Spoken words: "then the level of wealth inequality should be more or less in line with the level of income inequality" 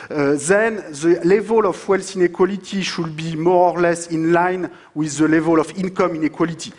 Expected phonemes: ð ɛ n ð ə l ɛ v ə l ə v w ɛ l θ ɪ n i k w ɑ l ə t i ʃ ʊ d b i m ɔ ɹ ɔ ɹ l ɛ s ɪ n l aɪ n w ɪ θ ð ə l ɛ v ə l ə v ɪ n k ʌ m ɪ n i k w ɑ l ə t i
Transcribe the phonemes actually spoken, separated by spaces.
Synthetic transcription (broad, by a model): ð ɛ n ð ə l ɛ v ə l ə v w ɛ l s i n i k w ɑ l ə t i ʃ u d b i m ɔ ɹ ɔ ɹ l ɛ s ɪ n l aɪ n w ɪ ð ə l ɛ v ə l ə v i n k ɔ m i n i k w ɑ l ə t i